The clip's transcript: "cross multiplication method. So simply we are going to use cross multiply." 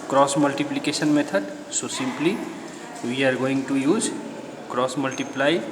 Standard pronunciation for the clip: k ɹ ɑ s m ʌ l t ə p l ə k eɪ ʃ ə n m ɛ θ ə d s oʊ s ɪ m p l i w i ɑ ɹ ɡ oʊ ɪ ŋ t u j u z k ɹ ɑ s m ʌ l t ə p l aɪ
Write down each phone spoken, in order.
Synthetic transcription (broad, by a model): k ɹ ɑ s m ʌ l t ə p l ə k eɪ s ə n m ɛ t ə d s oʊ s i m p l i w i ɑ ɹ ɡ oʊ ɪ ŋ t u j u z k ɹ ɑ s m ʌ l t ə p l aɪ